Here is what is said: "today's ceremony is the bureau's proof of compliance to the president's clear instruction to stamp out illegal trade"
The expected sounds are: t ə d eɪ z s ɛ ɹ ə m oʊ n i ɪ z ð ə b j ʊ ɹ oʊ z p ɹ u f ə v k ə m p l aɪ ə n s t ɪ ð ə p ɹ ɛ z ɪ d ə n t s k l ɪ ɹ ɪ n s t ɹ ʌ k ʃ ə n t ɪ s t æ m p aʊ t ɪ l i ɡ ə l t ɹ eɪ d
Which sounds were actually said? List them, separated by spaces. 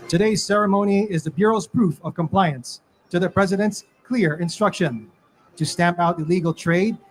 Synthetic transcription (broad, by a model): t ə d eɪ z s ɛ ɹ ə m oʊ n i ɪ z ð ə b j ʊ ɹ oʊ z p ɹ u f ə v k ə m p l aɪ ə n s t ɪ ð ə p ɹ ɛ z ɪ d ə n t s k l ɪ ɹ ɪ n s t ɹ ʌ k ʃ ə n t ɪ s t æ m p aʊ t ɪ l i ɡ l t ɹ eɪ d